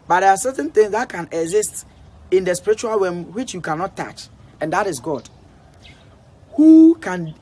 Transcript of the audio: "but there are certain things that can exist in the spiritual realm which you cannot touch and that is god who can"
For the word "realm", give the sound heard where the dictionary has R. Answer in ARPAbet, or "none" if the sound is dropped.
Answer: W